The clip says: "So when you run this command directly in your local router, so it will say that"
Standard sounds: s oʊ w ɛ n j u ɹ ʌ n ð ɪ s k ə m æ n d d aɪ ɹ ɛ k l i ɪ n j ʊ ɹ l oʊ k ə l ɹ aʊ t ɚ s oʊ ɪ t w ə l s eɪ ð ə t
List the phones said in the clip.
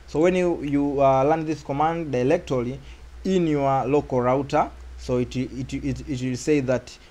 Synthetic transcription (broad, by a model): s oʊ w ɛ n j u l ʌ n ð ɪ s k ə m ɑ n d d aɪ l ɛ k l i ɪ n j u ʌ l oʊ k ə ɹ aʊ t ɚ s oʊ ɪ t w ə l s eɪ ð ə t